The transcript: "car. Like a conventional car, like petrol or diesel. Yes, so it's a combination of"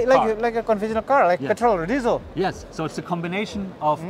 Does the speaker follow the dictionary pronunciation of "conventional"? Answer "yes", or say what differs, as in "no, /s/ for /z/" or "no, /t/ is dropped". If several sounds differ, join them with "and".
no, /f/ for /v/